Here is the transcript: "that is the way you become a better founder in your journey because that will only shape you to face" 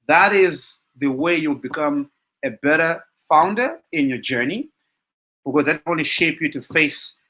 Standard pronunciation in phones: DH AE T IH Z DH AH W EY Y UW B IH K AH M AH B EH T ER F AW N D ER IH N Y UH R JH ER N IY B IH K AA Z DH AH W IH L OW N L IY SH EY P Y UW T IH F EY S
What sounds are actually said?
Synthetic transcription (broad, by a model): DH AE T IH Z DH AH W EY Y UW B IH K AH M AH B EH T ER F AW N D ER IH N Y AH R JH ER N IY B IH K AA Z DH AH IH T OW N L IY SH EY P Y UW T IH F EY S